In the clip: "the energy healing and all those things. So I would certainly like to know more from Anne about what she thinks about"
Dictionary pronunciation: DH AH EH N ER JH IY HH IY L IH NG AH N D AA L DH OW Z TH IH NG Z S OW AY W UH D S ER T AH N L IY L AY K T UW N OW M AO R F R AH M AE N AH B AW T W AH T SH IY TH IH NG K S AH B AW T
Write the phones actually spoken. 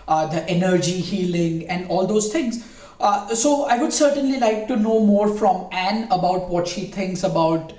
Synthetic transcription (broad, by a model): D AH EH N ER JH IY HH IY L IH NG AH N D AA L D OW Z T IH NG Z S OW AY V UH D S ER T AH N L IY L AY K T UW N OW M AO R F R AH M AE N AH B AW T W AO T SH IY T IH NG K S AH B AW T